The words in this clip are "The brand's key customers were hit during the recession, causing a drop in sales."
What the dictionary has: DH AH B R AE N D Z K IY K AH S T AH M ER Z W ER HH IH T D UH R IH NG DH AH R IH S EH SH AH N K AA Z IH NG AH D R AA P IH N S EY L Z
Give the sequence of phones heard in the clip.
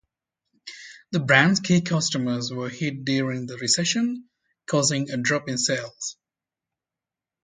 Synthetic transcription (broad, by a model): DH AH B R AE N D Z K IY K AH S T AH M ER Z W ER HH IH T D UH R IH NG DH AH R IH S EH SH AH N K AA Z IH NG AH D R AA P IH N S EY L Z